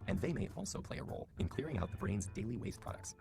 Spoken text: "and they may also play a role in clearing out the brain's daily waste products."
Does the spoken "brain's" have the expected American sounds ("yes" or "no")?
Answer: yes